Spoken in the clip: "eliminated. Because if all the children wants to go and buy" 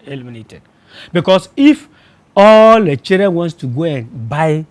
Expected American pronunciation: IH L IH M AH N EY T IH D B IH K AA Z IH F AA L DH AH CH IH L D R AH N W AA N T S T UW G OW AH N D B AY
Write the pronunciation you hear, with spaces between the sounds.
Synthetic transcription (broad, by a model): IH L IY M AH N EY T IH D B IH K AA S IH F AA L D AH CH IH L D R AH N W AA N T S T UW G OW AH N B AY